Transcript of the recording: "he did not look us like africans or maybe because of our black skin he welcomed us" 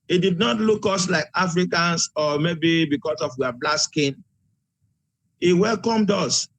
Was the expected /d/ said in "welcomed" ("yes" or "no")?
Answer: yes